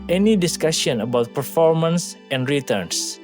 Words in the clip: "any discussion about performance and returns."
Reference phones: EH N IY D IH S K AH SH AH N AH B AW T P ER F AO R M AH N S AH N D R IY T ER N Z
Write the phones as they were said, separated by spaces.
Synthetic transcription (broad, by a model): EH N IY D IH S K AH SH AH N AH B AW T P ER F AO R M AH N S AH N D R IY T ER N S